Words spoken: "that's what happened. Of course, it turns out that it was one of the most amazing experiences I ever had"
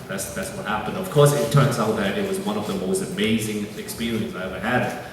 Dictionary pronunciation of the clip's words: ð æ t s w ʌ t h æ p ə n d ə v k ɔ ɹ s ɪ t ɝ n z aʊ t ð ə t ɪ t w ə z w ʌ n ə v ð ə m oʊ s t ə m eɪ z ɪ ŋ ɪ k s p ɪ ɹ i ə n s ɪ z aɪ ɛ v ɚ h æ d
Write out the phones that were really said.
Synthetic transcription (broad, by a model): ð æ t s w ʌ t h æ p ə n d ə v k ɔ ɹ s ɪ t ɝ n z aʊ t ð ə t ɪ t w ə z w ʌ n ə v ð ə m oʊ s t ə m eɪ z ɪ ŋ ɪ k s p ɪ ɹ i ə n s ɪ ɪ ɛ v ɚ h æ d